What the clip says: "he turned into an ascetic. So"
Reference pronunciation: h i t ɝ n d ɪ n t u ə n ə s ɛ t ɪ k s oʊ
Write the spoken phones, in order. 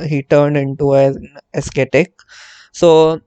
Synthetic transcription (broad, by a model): h i t ɝ n d ɪ n t u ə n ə s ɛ t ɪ k s oʊ